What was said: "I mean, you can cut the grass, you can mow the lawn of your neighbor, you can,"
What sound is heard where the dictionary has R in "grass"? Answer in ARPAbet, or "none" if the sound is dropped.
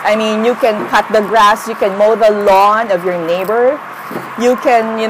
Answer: R